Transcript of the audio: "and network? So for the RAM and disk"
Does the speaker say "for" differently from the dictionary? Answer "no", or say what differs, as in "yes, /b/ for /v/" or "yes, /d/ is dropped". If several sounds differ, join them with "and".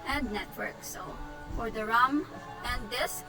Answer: no